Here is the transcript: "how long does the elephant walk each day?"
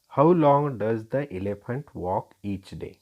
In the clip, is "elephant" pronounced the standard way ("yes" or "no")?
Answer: yes